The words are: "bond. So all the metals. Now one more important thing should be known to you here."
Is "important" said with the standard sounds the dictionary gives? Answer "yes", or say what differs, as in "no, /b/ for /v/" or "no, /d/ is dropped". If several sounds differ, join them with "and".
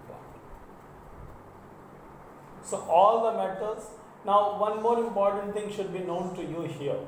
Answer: yes